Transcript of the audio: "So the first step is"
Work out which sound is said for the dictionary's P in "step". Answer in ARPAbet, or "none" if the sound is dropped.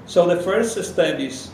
none